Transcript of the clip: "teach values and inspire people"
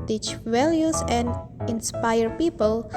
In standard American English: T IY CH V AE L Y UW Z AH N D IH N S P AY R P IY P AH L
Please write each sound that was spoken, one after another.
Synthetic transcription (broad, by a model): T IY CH W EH L Y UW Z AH N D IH N S P AY R P IY P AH L